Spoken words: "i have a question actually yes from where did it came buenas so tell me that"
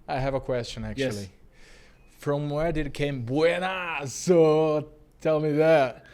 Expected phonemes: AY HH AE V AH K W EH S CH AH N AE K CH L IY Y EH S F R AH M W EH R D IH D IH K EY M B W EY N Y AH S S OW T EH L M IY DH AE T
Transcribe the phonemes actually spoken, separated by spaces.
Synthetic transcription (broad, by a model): AY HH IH V AH K W EH S CH AH N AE K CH IY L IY F R AH M W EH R D IH D IH K EY M B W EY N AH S S OW T EH L M IY DH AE T